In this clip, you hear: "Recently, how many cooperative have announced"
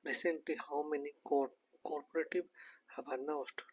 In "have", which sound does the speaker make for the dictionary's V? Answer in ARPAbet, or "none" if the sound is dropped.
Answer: B